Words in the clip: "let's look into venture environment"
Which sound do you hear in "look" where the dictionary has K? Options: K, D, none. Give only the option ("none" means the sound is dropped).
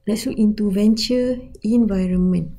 none